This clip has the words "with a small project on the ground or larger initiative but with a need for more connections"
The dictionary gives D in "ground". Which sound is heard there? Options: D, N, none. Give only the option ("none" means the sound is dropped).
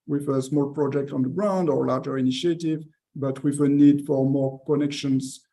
D